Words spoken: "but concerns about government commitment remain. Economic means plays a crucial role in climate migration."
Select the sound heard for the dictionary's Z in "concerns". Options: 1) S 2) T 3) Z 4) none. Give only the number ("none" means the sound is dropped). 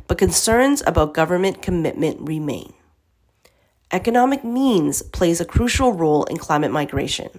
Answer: 3